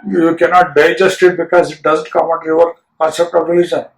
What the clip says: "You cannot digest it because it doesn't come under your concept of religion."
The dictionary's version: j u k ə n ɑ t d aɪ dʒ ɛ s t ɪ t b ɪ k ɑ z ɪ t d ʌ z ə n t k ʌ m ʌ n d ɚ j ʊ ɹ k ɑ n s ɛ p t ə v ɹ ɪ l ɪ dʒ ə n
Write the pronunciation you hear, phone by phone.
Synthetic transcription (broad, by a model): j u k ə n ɑ t d aɪ dʒ ɛ s t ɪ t b ɪ k ɑ z ɪ t d ʌ z ə n t k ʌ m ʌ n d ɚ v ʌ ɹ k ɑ s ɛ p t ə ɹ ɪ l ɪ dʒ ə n